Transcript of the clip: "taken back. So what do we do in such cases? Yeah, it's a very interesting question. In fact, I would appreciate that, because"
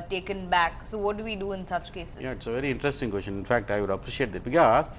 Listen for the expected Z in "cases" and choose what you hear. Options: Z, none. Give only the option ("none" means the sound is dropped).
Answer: none